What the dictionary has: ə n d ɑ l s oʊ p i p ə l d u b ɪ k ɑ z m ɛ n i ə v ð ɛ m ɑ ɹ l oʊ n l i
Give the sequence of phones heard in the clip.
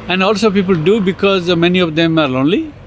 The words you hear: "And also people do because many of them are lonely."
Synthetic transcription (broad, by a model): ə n d ɑ l s oʊ p i p ə l d u b ɪ k ɑ z m ɛ n i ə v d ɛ m ɑ ɹ l oʊ n l i